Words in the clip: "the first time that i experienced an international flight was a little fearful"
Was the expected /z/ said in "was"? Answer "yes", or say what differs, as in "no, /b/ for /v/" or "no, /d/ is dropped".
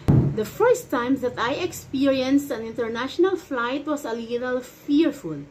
no, /s/ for /z/